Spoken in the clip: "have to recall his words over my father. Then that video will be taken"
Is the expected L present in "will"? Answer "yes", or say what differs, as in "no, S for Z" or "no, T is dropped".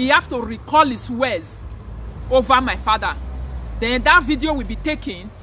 yes